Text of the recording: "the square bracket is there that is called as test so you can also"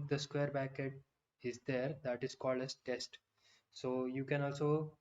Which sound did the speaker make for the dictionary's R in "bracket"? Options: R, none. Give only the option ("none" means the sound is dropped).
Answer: none